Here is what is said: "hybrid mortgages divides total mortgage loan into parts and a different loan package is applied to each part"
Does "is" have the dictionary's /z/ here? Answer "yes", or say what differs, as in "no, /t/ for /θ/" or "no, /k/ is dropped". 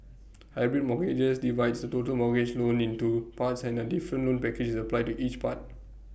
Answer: no, /s/ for /z/